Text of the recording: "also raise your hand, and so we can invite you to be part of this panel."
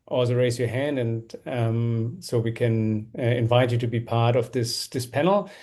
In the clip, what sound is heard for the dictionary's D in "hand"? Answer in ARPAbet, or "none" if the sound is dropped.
D